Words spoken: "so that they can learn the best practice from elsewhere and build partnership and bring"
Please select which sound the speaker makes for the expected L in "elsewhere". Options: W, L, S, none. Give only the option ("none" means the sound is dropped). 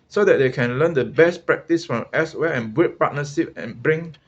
none